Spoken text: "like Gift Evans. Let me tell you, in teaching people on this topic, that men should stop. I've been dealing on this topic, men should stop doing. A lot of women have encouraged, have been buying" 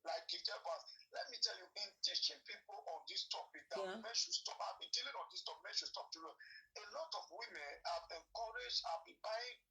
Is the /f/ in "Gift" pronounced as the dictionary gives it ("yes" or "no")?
no